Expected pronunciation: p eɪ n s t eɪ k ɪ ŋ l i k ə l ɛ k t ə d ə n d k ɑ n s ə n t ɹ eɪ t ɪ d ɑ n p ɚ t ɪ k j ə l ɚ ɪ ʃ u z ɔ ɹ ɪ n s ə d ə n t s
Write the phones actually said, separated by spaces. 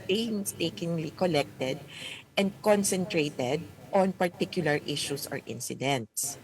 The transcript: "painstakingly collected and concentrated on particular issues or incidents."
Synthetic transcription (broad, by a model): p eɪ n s t eɪ k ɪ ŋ l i k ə l ɛ k t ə d ə n d k ɑ n s ə n t ɹ eɪ t ɪ d ɑ n p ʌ t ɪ k j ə l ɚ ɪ ʃ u s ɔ ɹ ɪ n s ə d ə n t s